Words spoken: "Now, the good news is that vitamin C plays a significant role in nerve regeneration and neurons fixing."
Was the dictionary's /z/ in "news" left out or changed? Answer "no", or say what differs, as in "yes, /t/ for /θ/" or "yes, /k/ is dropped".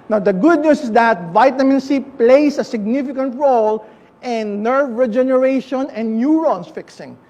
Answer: yes, /s/ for /z/